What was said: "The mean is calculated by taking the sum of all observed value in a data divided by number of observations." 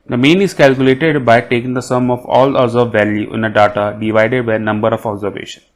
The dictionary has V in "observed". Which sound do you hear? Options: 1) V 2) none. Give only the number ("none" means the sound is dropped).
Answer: 2